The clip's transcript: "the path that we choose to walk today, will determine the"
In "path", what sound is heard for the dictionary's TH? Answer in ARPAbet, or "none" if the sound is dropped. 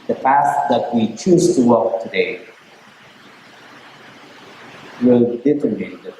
T